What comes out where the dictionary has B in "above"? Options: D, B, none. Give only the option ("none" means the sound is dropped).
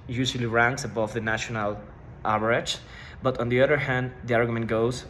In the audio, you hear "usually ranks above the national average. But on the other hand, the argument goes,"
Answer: B